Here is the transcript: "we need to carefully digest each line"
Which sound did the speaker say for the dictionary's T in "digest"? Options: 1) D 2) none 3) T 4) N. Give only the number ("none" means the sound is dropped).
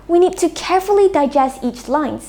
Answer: 3